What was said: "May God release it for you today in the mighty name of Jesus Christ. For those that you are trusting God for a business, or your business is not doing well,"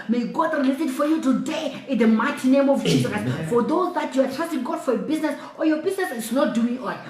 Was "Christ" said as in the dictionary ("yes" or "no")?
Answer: no